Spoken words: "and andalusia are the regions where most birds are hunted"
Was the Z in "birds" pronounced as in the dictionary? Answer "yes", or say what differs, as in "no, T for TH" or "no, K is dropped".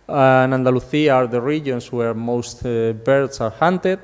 no, S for Z